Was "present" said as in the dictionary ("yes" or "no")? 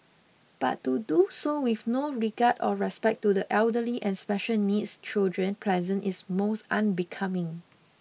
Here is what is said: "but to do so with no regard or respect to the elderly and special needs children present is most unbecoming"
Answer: no